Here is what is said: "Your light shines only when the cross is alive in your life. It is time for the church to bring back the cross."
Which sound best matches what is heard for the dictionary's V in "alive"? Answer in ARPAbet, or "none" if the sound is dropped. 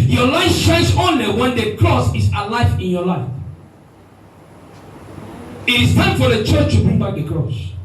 F